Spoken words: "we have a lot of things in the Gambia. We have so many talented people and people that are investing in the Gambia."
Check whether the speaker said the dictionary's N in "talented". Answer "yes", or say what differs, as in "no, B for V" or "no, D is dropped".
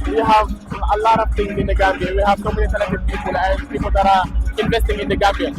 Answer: no, N is dropped